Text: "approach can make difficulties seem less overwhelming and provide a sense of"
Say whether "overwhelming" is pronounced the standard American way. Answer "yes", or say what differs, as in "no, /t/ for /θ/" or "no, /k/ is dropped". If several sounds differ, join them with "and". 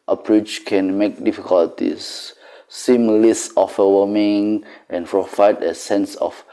no, /l/ is dropped